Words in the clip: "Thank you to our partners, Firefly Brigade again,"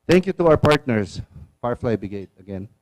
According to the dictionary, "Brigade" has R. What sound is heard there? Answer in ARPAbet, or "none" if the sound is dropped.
none